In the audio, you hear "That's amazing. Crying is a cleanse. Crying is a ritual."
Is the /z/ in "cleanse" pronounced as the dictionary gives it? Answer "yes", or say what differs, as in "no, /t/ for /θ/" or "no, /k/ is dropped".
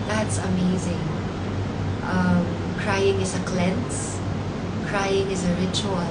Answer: no, /s/ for /z/